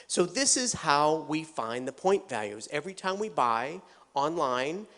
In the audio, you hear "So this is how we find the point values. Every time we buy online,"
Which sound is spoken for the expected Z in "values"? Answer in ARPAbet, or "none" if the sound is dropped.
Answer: Z